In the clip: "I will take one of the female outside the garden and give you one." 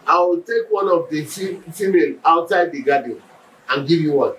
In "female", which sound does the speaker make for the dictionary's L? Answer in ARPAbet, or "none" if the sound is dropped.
N